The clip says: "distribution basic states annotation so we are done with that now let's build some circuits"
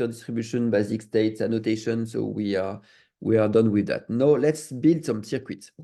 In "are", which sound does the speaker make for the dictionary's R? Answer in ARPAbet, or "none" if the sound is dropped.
W